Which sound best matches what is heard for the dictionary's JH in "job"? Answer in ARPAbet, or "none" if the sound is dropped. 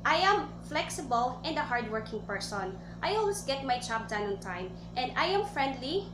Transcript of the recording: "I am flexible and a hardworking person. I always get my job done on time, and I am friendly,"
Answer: CH